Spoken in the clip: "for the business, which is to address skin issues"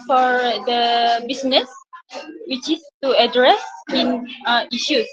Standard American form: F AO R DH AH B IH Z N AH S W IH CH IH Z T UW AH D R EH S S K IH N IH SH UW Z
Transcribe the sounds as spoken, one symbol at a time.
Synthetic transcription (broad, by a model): F AO R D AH B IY S N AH S W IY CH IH S T UW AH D R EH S S IH N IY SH UW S